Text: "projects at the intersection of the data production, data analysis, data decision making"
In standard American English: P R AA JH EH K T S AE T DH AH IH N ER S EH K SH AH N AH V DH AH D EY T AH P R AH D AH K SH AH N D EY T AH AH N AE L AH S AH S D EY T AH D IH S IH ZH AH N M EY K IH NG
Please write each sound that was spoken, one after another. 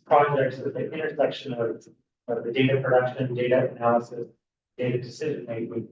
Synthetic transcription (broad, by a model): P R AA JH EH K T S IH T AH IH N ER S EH K SH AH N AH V DH AH D EY T AH P R AH D AH K SH AH N D EY T AH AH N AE L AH S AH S D EY T AH D IH S IH ZH AH N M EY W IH